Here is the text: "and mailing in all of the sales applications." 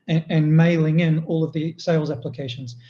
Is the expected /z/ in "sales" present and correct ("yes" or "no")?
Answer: yes